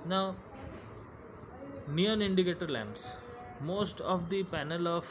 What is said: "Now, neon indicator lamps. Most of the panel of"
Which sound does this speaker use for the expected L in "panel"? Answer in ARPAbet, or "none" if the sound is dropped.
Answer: L